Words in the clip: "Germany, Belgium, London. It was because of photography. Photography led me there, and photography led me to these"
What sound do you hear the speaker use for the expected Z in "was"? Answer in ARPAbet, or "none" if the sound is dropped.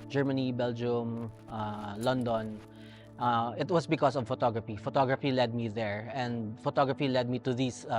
S